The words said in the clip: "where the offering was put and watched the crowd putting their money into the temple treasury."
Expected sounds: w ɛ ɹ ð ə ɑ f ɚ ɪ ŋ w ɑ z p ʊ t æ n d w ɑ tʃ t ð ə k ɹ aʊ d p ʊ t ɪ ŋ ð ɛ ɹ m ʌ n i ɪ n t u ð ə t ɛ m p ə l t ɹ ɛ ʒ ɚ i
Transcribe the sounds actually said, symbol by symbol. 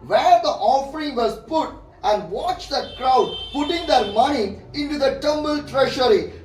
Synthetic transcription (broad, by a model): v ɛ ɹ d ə ɑ f ɚ ɪ ŋ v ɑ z p ʊ t æ n d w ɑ tʃ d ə k ɹ aʊ d p ʊ t ɪ ŋ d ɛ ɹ m ʌ n i ɪ n t u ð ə t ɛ m b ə l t ɹ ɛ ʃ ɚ i